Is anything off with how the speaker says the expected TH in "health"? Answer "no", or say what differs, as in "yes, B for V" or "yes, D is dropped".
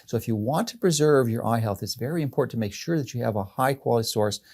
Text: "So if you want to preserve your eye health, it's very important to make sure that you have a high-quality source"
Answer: no